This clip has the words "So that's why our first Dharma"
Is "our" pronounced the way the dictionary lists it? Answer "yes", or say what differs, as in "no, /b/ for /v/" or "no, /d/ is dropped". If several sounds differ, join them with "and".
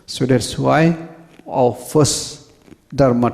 no, /w/ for /ɹ/